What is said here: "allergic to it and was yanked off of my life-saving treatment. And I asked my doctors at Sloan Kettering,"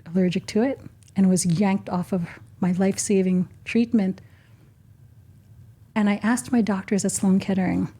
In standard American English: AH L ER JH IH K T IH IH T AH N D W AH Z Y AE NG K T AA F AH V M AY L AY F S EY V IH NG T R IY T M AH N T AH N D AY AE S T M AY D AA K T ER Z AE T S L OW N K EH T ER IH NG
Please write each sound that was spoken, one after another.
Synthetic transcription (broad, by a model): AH L ER JH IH K T IH IH T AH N W AH Z Y AE NG K T AA F AH V M AY L AY F S EY V IH NG T R IY T M AH N T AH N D AY AE S T M AY D AA K T ER Z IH T S L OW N K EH T ER IH NG